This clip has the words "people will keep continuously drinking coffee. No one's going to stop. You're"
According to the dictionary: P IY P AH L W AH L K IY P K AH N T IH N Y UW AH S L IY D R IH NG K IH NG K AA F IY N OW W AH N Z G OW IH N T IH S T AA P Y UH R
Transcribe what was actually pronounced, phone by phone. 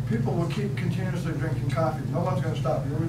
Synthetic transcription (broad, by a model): P IY P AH L W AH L K IY P K AH N T IH N Y UW AH S L IY D R IH NG K IH NG K AA F IY N OW W AH N Z G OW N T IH S T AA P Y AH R